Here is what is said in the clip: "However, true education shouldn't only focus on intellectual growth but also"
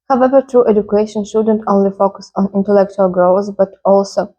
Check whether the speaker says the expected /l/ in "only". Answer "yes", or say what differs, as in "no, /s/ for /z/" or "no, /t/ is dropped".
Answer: yes